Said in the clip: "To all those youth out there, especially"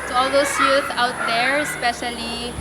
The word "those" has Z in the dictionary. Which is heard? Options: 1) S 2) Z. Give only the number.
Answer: 1